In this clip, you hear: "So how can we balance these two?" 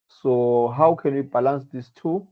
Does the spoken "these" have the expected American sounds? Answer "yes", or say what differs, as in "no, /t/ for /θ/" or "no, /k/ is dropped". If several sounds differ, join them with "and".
no, /s/ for /z/